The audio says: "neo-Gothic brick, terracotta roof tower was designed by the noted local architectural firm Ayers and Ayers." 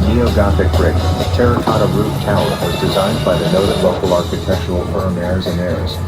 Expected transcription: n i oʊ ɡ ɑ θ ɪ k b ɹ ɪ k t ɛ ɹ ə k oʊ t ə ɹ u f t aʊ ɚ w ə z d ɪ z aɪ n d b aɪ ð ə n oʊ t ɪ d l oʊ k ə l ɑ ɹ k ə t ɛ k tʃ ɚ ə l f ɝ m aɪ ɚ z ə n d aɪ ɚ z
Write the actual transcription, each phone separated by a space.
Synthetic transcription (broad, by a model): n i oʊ ɡ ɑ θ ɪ k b ɹ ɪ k t ɛ ɹ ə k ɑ t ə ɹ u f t aʊ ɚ w ə z d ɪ z aɪ n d b aɪ ð ə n oʊ t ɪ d l oʊ k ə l ɑ ɹ k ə t ɛ k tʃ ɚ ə l f ɝ m ɚ z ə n ɚ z